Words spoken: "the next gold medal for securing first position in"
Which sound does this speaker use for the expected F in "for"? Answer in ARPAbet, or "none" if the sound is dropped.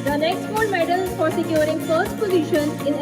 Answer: P